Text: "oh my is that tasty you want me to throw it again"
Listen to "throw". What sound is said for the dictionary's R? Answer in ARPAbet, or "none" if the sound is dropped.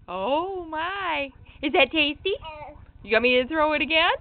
R